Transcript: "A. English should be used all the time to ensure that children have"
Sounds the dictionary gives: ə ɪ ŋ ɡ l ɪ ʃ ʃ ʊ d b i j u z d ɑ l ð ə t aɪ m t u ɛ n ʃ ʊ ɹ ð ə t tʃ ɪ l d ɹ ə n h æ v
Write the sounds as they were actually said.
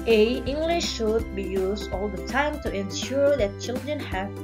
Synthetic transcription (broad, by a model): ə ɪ ŋ ɡ l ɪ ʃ ʃ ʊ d b i j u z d ɑ l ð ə t aɪ m t u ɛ n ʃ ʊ ɹ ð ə t tʃ ɪ l d ɹ ə n h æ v